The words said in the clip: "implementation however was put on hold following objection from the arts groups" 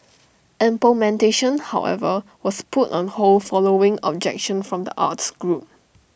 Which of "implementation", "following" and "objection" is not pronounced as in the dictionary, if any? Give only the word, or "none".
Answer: implementation